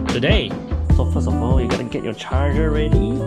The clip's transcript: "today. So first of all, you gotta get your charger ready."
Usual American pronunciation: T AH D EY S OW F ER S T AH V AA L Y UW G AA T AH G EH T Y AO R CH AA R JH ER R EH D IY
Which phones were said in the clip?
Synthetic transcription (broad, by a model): T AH D EY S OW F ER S AH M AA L Y UW G AA T AH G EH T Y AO CH AA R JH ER R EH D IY